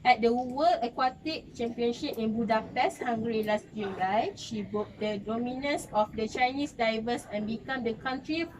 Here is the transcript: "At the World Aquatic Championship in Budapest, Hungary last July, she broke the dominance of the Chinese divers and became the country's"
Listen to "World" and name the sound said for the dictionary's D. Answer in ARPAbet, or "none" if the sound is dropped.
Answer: none